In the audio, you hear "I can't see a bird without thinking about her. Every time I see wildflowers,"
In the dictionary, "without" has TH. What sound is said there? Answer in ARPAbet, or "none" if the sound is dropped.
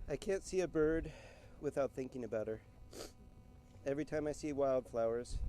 TH